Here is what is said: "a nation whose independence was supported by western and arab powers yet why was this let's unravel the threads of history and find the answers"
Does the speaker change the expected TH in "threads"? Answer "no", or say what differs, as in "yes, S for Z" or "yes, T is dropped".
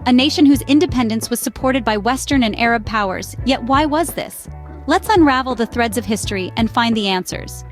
no